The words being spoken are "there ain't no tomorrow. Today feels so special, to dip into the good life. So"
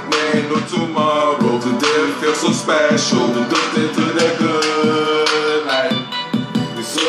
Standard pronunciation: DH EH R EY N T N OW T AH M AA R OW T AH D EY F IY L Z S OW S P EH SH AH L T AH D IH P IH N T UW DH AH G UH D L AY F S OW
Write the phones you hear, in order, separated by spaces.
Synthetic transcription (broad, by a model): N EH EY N N OW T AH M AA R OW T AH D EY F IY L S OW S P EH SH AH L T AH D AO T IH T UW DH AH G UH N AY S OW